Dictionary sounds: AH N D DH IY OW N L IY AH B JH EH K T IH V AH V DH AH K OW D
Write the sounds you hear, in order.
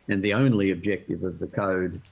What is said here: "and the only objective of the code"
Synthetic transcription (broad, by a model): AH N DH IY OW N L IY AH B JH EH K T IH V AH V DH AH K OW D